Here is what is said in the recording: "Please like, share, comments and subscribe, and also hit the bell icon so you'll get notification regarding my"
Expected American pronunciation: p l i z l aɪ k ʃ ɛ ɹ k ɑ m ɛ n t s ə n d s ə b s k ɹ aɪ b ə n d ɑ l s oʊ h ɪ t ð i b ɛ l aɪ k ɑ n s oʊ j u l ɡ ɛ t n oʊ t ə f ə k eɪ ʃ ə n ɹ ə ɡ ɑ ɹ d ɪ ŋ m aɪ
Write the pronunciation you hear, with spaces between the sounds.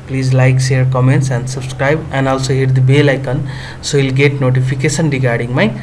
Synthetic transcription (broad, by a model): p l i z l aɪ k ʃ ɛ ɹ k ɑ m ɛ n t s ə n d s ə b s k ɹ aɪ b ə n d ɑ l s oʊ h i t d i b ɛ l aɪ k ɑ n s oʊ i l ɡ ɛ t n oʊ t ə p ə k eɪ s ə n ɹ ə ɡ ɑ ɹ d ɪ ŋ m aɪ